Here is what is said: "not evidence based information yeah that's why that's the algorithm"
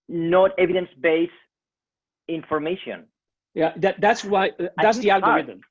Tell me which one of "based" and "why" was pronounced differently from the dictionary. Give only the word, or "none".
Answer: based